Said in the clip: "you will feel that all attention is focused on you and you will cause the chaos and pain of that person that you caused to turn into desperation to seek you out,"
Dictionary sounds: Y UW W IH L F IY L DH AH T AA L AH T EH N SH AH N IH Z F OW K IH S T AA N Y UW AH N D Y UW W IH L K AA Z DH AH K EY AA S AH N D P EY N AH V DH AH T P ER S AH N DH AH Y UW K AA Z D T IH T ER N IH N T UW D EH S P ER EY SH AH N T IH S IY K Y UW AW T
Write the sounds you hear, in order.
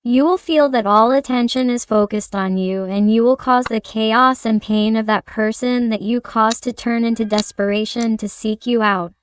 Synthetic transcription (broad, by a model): Y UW W IH L F IY L DH AH T AA L AH T EH N SH AH N IH Z F OW K IH S T N Y UW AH N Y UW W IH L K AA Z DH AH K EY AA S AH N P EY N AH V DH AH T P ER S AH N DH AH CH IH K AA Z T IH T ER N IH N T UW D EH S P ER EY SH AH N T IH S IY K Y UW AW T